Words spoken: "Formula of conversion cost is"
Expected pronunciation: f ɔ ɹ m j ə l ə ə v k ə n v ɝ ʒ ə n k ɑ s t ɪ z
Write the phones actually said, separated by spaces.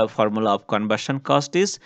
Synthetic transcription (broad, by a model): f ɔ ɹ m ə l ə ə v k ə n b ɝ ʃ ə n k ɑ s t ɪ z